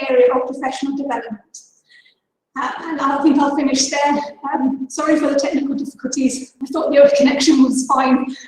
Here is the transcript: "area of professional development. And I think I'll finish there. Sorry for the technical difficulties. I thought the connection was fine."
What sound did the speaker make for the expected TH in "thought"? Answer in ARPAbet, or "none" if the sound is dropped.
TH